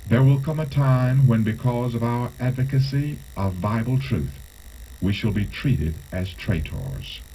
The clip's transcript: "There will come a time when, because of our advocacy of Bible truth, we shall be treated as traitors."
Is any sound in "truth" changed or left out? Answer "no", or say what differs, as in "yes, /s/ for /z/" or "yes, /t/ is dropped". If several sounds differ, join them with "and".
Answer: no